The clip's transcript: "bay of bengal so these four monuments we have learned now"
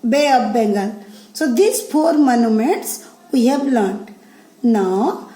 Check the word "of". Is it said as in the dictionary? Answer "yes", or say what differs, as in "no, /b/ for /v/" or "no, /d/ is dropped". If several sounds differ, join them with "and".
no, /p/ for /v/